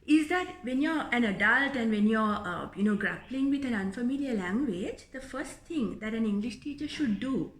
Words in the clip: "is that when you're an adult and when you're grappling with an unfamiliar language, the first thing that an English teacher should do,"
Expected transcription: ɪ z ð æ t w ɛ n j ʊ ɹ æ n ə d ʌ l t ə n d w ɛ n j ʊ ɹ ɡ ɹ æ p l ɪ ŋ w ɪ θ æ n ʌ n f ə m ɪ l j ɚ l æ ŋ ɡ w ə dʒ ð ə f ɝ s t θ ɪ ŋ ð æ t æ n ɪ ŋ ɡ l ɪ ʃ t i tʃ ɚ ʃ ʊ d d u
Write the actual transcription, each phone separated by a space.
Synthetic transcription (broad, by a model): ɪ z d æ t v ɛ n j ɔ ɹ æ n ə d ʌ l t ə n d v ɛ n j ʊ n ɡ ɹ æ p l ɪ ŋ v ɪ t æ n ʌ n f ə m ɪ l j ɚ l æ ŋ ɡ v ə dʒ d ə f ɝ s t t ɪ ŋ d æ t æ n ɪ ŋ ɡ l ɪ ʃ t i tʃ ɚ ʃ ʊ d d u